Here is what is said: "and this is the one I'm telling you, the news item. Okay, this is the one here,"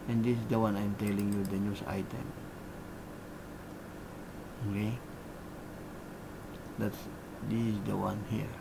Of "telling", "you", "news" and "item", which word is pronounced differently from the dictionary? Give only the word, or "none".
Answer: news